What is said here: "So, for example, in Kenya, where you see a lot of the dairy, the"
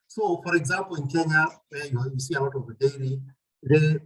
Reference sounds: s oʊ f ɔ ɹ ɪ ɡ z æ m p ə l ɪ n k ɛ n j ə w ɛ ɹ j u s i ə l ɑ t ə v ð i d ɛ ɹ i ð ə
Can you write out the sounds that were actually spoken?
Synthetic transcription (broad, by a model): s oʊ f ɔ ɹ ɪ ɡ z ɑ m p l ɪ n k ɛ n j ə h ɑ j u s i ə w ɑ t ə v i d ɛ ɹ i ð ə